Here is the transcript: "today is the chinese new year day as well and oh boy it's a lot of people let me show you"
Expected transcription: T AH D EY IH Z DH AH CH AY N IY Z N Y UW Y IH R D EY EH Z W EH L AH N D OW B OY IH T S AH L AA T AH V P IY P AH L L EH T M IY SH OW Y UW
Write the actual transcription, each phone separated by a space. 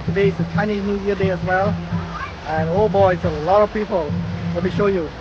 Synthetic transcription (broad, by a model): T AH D EY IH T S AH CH AY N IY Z N Y UW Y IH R D EY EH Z W EH L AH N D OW B OY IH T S AH L AA T AH V P IY P AH L W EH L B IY SH OW Y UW